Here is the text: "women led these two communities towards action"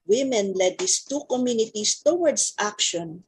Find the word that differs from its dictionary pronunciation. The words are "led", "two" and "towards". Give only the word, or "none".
towards